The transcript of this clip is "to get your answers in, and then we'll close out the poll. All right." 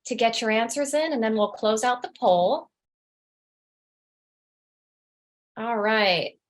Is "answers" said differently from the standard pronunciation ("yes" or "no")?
no